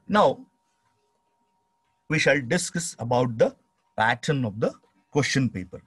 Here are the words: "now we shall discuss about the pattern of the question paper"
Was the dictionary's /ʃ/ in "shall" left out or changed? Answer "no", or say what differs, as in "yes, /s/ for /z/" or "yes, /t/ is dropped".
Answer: no